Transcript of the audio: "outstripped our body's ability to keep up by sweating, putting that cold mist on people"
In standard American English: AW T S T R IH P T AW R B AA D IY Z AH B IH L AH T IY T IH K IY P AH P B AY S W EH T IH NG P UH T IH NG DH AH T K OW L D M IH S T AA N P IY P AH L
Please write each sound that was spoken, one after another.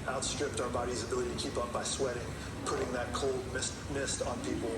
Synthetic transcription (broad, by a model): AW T S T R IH P T AW R B AA D IY Z AH B IH L AH T IY T IH K IY P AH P B AY S W EH T IH NG P UH T IH NG DH AH T K OW L D M IH S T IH N P IY P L